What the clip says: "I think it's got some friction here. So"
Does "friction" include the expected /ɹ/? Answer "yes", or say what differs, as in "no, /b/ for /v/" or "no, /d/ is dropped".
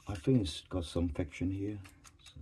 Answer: no, /ɹ/ is dropped